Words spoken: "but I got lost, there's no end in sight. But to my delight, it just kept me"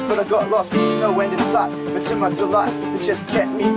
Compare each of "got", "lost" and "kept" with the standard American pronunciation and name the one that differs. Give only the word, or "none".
kept